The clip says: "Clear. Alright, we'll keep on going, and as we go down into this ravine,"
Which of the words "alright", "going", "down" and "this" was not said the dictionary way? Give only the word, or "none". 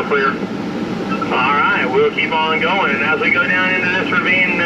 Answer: this